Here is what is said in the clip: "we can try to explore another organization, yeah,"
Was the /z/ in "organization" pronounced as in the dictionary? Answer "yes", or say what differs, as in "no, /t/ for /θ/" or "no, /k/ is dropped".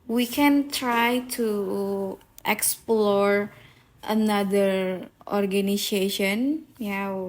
no, /s/ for /z/